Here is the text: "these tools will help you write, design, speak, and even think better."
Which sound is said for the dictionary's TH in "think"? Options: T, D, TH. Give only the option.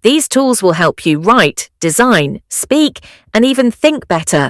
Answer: TH